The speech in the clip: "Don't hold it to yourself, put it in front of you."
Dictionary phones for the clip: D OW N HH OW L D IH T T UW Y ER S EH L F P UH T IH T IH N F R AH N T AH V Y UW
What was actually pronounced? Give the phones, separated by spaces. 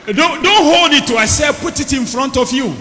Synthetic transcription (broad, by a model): D OW N HH OW L D IH T T UW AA S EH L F P UH T IH T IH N F R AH N T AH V Y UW